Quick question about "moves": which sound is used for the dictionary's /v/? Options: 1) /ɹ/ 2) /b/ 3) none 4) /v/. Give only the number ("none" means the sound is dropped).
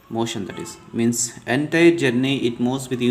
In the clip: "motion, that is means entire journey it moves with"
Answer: 3